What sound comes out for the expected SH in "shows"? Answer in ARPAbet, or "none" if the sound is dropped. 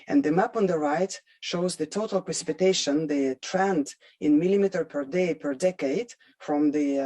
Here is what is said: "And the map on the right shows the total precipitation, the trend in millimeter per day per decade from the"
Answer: SH